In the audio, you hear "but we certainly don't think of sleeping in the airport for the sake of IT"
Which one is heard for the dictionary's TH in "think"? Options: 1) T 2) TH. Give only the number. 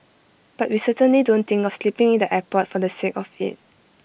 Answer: 1